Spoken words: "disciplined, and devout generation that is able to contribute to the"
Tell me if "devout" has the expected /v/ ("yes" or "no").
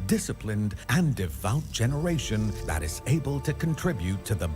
yes